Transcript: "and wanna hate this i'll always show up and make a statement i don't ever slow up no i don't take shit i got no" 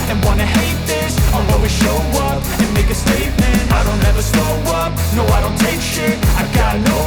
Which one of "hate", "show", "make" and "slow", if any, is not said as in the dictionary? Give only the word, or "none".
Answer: slow